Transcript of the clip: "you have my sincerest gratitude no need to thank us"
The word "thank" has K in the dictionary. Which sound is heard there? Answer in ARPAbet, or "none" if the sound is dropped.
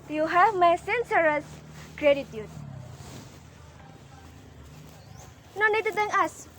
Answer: none